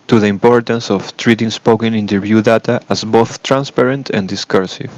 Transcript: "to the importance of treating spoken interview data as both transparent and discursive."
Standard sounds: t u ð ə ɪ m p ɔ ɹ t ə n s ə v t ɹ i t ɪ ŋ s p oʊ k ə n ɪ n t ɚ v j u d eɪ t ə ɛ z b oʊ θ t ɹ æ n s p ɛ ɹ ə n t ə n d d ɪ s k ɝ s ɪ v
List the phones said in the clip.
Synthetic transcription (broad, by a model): t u ð ə ɪ m p ɔ ɹ t ə n s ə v t ɹ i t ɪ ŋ s p oʊ k ə n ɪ n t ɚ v j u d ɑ t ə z b oʊ θ t ɹ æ n s p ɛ ɹ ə n t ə n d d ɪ s k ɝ s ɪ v